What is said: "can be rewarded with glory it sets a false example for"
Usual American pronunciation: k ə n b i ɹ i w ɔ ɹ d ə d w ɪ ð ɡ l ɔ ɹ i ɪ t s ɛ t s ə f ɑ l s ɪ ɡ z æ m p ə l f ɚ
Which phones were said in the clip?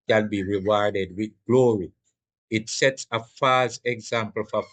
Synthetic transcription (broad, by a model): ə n b i ɹ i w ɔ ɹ d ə d w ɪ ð ɡ l ɔ ɹ i ɪ t s ɛ t s ə f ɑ s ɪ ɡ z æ m p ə l f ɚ